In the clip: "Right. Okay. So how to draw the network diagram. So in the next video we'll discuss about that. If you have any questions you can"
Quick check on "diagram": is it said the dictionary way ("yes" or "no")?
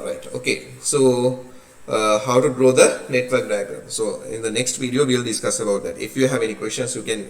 no